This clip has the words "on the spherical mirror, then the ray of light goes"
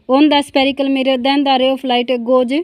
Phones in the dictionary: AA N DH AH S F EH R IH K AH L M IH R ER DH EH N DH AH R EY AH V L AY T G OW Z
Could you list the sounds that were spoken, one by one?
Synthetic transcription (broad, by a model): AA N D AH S P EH R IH K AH L M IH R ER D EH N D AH R EY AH P L AY T G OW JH